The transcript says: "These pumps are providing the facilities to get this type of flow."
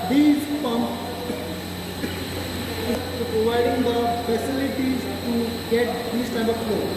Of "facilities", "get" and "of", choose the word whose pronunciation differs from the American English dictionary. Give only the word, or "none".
of